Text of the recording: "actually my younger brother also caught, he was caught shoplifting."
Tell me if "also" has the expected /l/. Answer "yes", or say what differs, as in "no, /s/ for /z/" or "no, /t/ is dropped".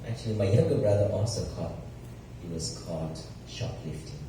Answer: no, /l/ is dropped